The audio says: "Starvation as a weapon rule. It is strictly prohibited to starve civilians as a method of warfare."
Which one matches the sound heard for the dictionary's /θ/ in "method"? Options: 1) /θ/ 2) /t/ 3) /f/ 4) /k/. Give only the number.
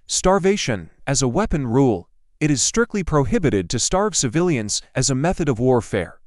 1